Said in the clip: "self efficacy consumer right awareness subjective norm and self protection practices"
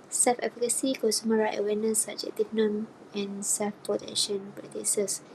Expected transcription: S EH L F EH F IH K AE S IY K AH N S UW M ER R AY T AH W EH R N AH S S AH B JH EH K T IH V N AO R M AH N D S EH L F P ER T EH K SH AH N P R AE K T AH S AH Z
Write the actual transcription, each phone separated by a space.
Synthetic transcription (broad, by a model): S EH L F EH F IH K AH S IY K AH S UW M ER R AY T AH W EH N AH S S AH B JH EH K T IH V N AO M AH N S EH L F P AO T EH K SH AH N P R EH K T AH S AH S